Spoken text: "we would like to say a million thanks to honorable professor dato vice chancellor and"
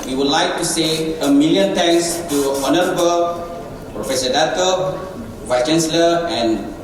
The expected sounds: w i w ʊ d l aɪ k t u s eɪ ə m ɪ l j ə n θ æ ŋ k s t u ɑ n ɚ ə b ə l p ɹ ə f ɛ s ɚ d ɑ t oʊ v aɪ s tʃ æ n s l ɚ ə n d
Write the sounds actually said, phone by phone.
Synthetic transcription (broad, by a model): w i w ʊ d l aɪ k t u s eɪ ə m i l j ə n t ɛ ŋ s t u ɑ n ɚ ə b ə l p ɹ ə f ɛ s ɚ d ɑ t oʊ v aɪ s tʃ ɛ n s l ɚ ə n